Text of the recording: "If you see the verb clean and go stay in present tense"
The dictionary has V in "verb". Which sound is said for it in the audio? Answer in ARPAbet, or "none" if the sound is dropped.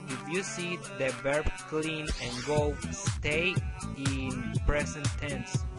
B